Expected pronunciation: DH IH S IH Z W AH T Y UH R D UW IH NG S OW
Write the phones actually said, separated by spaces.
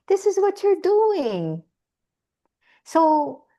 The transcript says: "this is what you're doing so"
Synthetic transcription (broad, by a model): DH IH S IH Z W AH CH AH R D UW IH NG S OW